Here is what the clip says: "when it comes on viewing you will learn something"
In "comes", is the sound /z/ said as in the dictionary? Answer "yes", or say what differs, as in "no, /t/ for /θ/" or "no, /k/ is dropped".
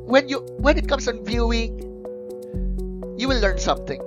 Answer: no, /s/ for /z/